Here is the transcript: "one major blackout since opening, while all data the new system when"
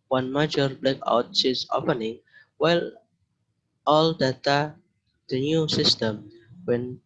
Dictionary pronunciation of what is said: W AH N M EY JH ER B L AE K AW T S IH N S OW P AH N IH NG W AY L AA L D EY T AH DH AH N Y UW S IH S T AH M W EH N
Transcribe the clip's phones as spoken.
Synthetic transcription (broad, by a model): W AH N M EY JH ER B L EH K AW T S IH S OW P AH N IH NG W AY L AA L D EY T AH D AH N Y UW S IH S T AH M W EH N